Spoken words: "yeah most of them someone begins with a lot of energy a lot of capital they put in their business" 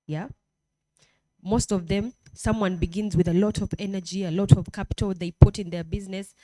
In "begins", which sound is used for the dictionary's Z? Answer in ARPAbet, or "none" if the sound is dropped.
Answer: Z